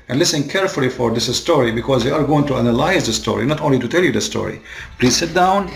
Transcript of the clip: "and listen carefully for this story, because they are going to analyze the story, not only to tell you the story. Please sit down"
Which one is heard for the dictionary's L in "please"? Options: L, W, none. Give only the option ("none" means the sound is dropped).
L